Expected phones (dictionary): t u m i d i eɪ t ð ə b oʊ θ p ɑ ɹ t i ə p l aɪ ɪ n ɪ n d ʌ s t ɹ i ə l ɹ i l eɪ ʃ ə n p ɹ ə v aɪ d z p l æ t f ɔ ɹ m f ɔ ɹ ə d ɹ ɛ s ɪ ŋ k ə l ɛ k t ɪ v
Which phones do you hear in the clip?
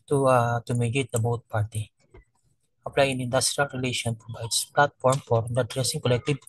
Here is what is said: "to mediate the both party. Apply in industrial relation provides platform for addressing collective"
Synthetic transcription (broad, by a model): t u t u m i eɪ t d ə b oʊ t p ɑ ɹ t i ə p l aɪ ɪ n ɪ n d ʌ s t ɹ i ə l ɹ i l eɪ ʃ ə n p ɹ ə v aɪ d s p l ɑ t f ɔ ɹ m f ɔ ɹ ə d ɹ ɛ s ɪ ŋ k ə l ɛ k t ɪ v